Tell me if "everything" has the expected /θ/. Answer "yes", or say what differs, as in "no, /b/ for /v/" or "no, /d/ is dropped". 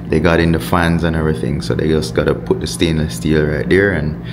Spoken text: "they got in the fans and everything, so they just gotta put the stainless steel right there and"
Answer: yes